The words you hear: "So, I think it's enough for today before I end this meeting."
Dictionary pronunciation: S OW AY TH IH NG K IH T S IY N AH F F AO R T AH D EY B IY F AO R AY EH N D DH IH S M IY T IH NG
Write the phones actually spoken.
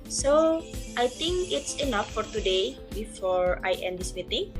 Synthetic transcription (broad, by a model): S OW AY T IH NG K IH T S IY N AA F F AO R T AH D EY B IY F AO R AY EH N D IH S M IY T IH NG